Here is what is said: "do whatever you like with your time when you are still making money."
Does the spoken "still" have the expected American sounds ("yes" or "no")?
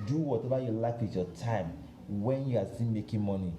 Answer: no